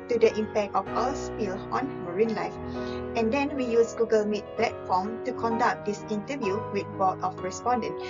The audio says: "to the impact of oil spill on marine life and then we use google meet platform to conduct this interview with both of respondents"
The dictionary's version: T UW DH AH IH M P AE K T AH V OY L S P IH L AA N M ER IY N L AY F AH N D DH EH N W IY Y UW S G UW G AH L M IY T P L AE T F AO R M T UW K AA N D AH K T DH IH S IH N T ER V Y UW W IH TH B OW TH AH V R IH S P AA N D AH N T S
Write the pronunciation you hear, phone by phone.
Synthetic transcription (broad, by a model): T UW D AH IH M P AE K T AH F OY W S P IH L AA N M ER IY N L AY F AH N D EH N W IY Y UW S G UW G AH L M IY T P L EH T F AO M T UW K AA N D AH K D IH S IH N T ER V Y UW W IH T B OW T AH F R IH S P AA N D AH N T